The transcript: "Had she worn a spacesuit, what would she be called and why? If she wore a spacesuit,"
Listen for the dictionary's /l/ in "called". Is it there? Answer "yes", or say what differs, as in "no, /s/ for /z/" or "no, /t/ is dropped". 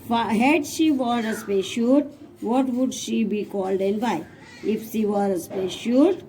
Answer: yes